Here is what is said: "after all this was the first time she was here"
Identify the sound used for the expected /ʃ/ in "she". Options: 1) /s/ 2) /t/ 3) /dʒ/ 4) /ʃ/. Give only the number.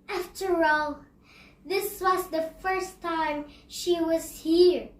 4